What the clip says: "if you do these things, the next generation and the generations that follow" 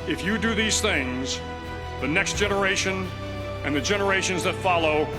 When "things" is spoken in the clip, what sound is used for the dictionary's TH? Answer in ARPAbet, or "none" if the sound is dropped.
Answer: TH